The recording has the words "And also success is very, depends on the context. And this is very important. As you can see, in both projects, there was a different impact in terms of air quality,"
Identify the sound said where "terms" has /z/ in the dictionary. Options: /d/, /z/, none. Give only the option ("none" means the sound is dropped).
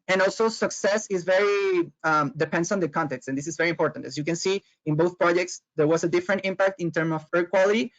none